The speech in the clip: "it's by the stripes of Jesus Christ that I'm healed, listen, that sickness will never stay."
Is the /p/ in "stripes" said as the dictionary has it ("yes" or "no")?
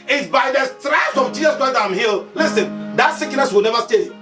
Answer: no